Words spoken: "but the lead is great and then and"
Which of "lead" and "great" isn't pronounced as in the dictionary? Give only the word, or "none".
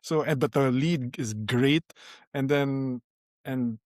none